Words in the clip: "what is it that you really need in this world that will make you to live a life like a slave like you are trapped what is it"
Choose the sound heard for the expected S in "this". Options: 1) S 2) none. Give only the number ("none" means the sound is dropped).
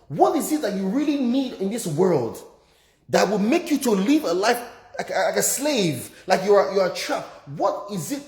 1